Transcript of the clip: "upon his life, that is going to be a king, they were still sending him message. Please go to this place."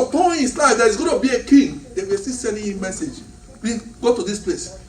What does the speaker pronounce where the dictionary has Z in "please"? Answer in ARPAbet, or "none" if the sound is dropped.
none